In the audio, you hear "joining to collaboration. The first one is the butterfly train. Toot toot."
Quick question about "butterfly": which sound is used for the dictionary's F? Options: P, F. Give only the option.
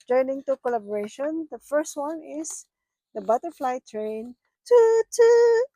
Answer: F